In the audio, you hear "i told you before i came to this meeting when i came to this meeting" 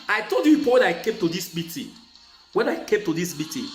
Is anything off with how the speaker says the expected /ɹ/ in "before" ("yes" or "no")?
yes